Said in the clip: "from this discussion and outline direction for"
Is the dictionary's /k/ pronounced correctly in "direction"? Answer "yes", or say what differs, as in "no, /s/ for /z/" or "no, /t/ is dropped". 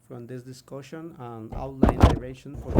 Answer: no, /k/ is dropped